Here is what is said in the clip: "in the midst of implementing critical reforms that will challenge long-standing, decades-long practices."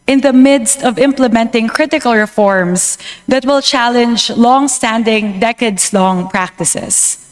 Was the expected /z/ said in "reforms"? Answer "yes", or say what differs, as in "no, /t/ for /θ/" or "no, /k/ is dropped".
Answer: no, /s/ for /z/